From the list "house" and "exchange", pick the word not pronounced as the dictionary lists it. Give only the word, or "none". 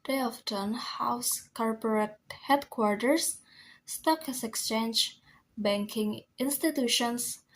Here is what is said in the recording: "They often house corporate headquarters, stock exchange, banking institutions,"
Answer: none